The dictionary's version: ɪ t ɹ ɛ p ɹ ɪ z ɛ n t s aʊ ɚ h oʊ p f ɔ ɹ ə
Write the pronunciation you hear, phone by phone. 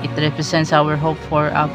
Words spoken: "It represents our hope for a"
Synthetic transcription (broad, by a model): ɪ t ɹ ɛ p ɹ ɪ s ɛ n t s aʊ ɚ h oʊ p f ɔ ɹ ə